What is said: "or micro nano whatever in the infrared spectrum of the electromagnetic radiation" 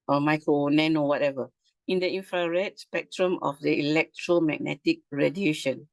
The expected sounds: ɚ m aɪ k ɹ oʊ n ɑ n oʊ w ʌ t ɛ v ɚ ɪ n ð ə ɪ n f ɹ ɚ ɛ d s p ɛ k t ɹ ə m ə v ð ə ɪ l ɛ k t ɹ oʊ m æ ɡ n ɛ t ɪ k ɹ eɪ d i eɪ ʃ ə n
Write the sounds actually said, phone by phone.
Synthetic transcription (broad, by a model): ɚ m aɪ k oʊ n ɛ n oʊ w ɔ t ɛ v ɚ ɪ n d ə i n f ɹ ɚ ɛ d s p ɛ k t ɹ ə m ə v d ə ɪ l ɛ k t ɹ oʊ m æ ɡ n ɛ t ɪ k ɹ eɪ d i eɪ ʃ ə n